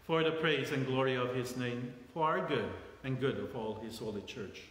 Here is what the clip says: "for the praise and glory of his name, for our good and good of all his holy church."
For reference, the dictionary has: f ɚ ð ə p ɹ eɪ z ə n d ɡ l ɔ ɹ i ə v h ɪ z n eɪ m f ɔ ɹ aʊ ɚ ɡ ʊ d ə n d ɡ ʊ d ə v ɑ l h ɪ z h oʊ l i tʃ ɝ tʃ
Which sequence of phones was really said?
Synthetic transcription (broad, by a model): f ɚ ð ə p ɹ eɪ z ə n ɡ l ɔ ɹ i ə v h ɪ z n eɪ m f ɔ ɹ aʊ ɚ ɡ ʊ d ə n ɡ ʊ d ə v ɑ l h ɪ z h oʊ l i tʃ ɝ tʃ